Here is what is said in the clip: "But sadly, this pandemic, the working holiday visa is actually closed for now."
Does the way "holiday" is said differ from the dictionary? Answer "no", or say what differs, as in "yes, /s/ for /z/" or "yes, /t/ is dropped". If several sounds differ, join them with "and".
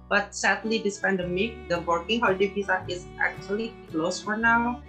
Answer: yes, /l/ is dropped